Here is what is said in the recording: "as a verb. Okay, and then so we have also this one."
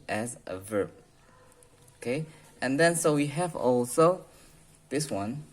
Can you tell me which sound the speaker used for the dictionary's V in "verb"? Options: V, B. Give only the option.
V